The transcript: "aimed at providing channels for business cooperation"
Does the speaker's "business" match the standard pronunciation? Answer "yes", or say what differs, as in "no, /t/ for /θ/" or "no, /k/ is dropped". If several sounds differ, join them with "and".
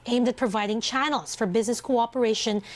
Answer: yes